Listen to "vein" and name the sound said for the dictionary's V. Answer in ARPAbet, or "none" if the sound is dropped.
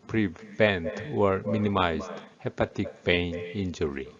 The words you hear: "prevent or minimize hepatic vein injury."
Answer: B